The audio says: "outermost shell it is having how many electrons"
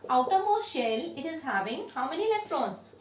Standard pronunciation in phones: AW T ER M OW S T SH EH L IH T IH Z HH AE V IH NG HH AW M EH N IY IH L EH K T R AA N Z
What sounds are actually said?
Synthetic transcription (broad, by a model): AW T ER M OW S SH EH L IH T IH Z HH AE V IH NG HH AW M EH N IY L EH K T R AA N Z